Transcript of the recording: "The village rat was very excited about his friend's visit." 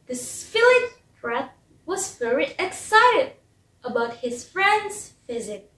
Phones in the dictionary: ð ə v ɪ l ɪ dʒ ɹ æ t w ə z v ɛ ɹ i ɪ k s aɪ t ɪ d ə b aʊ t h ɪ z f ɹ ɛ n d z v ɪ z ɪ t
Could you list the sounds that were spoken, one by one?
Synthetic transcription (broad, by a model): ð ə f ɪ l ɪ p ɹ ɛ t w ə z v ɛ ɹ i ɪ k s aɪ t ɪ d ə b aʊ t h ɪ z f ɹ ɛ n d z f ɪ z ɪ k